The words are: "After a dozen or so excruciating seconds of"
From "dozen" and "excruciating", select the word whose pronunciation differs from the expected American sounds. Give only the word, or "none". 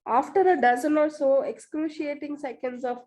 none